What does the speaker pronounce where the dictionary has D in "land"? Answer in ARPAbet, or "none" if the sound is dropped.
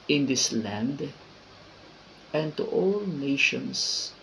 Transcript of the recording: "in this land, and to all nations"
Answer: D